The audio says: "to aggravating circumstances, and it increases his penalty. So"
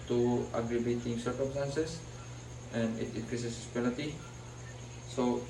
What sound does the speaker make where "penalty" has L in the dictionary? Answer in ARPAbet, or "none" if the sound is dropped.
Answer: none